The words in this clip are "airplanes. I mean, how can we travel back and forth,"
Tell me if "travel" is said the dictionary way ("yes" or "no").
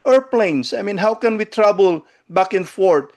no